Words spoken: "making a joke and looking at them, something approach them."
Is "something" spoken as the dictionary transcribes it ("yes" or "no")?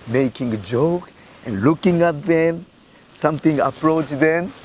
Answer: no